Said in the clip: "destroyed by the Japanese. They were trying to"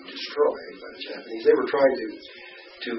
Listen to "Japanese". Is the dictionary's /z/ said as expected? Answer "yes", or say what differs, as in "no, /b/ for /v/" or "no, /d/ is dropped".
yes